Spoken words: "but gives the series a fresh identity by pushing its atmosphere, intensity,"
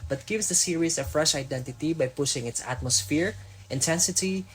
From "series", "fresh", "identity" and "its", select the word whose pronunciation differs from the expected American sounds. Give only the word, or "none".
series